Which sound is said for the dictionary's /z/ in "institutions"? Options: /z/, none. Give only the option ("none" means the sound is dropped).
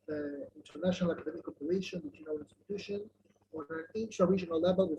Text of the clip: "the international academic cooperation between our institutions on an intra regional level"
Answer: none